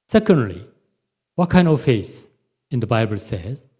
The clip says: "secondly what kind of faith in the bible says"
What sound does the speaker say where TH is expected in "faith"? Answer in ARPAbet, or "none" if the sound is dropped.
S